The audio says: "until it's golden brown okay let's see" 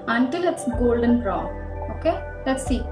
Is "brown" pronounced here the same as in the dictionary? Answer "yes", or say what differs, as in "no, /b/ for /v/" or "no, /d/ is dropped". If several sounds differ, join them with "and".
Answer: no, /n/ is dropped